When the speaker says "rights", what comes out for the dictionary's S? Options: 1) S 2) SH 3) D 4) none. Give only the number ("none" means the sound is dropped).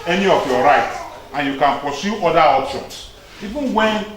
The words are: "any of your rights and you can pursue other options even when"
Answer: 4